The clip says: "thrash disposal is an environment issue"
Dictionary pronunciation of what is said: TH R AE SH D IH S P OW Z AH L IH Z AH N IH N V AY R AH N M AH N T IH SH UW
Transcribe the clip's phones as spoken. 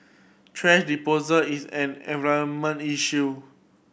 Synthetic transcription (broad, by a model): T R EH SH D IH P OW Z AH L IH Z AH N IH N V AY AH M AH N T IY SH UW